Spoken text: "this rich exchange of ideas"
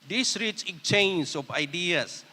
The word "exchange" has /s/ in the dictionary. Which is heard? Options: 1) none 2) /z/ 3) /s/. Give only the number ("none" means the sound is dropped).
1